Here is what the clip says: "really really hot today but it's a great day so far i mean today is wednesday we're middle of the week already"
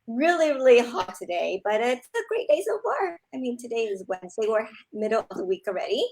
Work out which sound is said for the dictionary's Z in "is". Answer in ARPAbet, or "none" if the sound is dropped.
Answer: Z